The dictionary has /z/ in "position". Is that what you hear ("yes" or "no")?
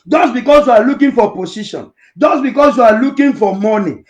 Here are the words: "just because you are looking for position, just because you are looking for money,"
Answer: no